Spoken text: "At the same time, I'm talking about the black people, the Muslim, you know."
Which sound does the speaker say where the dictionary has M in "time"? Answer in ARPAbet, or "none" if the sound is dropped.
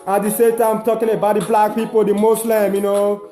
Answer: none